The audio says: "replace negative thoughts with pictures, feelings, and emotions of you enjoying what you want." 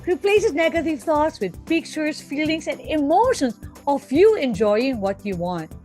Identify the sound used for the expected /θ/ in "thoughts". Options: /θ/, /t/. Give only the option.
/t/